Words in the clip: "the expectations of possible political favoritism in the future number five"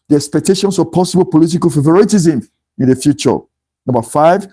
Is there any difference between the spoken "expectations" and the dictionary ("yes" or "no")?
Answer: yes